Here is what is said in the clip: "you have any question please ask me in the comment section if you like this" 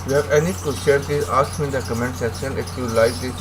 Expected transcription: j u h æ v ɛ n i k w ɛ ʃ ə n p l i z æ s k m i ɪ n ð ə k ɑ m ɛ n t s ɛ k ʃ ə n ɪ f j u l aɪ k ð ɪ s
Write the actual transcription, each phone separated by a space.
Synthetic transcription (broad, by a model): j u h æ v ɛ n i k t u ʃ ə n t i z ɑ s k m i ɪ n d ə k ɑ m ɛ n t s ɛ k ʃ ə n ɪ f j u l aɪ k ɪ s